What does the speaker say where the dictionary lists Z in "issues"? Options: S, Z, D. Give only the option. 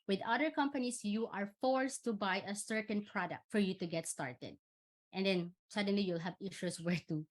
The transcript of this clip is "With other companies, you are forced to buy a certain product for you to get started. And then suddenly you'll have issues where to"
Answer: S